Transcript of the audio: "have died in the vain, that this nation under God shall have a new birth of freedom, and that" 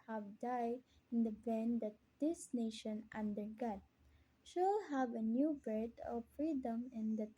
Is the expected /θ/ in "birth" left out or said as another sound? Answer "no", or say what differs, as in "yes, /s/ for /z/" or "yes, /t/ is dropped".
yes, /t/ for /θ/